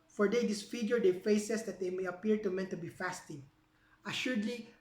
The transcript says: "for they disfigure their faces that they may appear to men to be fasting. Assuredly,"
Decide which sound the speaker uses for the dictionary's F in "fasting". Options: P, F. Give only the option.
F